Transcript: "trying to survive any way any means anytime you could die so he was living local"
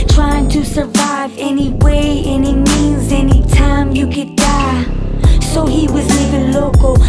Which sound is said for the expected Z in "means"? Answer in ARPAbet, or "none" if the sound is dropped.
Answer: Z